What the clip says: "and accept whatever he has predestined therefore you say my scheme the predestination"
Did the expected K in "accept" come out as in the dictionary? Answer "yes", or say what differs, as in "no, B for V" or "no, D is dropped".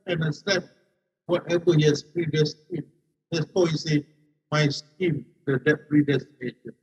no, K is dropped